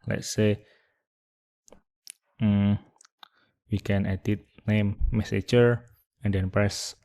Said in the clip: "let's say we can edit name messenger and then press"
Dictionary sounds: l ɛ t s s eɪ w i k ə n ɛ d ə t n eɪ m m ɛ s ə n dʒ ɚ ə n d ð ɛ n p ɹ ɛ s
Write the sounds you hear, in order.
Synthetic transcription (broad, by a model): l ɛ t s s eɪ w i k ə n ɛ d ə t n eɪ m m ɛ s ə dʒ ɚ ə n d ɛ n p ɹ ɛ s